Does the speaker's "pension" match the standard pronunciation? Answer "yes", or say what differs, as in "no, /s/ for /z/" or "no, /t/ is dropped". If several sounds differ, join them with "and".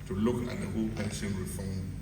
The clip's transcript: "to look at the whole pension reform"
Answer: no, /s/ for /ʃ/